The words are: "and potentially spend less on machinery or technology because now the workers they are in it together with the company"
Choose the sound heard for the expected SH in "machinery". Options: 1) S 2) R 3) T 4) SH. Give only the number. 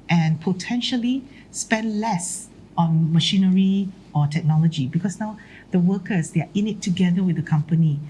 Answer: 4